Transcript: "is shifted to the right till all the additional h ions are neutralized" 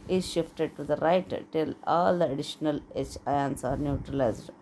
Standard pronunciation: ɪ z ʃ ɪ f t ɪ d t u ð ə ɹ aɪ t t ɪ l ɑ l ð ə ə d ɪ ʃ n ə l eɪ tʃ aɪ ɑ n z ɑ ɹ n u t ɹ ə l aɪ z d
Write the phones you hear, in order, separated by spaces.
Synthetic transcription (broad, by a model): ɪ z ʃ ɪ f t ɪ d t u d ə ɹ aɪ t t ɪ l ɑ l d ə ə d ɪ ʃ n ə l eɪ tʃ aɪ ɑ n s ɑ ɹ n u t ɹ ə l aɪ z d